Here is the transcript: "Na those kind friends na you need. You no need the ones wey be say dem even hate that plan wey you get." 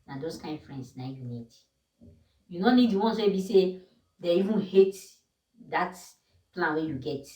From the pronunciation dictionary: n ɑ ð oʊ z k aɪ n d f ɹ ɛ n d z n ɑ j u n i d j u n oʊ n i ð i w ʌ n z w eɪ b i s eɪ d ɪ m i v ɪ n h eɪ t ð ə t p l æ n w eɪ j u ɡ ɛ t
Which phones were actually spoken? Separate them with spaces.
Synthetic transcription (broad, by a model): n ɑ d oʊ s k aɪ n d f ɹ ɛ n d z n ɑ j u n i d j u n oʊ n i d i w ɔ n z w eɪ b i s eɪ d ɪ i v ɪ n h eɪ t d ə t p l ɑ n w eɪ j u ɡ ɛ t